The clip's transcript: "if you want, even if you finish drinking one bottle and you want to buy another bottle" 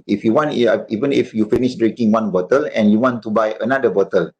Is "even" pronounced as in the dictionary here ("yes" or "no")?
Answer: yes